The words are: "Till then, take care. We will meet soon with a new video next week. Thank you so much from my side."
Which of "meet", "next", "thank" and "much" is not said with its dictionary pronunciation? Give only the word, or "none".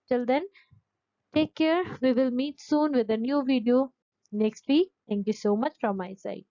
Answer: thank